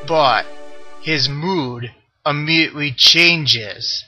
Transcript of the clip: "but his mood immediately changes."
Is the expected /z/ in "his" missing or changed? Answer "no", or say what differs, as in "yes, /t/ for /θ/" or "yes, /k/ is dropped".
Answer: no